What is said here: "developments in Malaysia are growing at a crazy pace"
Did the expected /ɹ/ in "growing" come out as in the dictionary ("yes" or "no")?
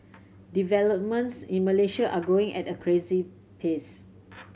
no